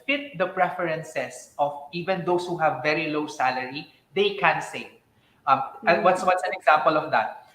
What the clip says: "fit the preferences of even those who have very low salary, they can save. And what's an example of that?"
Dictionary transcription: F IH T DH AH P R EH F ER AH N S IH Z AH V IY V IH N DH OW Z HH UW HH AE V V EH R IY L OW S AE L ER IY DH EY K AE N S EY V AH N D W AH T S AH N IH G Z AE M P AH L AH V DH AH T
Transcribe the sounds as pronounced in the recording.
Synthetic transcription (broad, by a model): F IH T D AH P R EH F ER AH N S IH S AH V IY V IH N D OW S HH UW HH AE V V EH R IY L OW S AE L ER IY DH EY K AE N S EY W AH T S W AH T S AH N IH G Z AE M P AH L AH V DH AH T